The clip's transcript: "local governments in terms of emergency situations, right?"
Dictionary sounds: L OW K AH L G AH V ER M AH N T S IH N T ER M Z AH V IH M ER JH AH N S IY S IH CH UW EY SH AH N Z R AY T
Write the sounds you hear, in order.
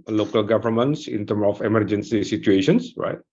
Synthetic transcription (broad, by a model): L OW K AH L G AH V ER M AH N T S IH N T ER M AH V IH M ER JH AH N S IY S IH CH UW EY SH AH N S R AY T